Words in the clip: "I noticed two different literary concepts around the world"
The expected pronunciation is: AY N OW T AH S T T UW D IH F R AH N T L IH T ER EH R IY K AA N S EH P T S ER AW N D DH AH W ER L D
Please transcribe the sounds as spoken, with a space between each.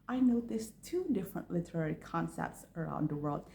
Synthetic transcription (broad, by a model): AY N OW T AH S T T UW D IH F R AH N T L IH T ER EH R IY K AA N S EH P T S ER AW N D DH AH W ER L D